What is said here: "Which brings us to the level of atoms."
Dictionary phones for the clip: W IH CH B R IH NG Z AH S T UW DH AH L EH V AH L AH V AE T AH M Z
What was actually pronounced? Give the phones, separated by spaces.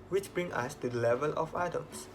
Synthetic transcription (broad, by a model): W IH CH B R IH NG AH S T UW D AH L EH V AH L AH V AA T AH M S